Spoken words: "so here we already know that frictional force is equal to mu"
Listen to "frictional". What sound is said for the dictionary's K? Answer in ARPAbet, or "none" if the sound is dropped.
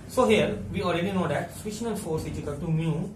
none